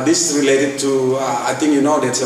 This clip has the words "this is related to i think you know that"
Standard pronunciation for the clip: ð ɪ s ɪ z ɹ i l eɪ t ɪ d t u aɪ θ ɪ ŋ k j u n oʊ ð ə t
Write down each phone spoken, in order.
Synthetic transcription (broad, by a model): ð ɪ s ɹ i l eɪ t ɪ d t u aɪ t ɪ ŋ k j u n oʊ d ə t